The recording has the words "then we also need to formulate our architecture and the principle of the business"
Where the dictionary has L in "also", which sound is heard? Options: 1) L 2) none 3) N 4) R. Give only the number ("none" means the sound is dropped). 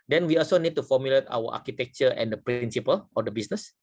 1